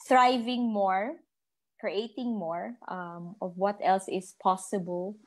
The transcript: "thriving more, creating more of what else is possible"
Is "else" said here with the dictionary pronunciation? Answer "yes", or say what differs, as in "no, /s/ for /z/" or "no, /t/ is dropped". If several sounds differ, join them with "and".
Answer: yes